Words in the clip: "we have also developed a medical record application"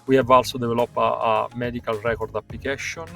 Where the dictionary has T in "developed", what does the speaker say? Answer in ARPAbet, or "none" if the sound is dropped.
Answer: none